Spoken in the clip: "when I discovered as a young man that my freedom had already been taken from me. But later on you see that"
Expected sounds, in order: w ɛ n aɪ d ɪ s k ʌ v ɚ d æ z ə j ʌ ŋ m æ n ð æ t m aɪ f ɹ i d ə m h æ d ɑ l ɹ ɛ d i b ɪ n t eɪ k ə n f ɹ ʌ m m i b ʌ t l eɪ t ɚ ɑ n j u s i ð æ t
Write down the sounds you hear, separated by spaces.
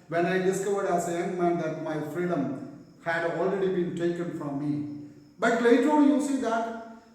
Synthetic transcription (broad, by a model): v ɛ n aɪ d ɪ s k ʌ v ɚ d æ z ə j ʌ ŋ m æ n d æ t m aɪ f ɹ i d ə m h æ d ɑ l ɹ ɛ d i b ɪ n t eɪ k ə n f ɹ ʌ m m i b ʌ t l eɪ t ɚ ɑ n j u s i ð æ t